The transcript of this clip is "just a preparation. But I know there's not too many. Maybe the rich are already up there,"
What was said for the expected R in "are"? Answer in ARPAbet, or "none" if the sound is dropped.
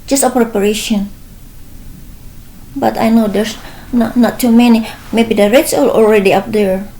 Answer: L